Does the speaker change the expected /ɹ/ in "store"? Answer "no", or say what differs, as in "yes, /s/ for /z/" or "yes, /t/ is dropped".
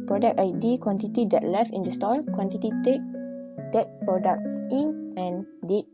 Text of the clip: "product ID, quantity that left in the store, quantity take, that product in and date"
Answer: yes, /l/ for /ɹ/